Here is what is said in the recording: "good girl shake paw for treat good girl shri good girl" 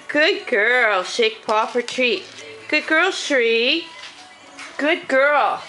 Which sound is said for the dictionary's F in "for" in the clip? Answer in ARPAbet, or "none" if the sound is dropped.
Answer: P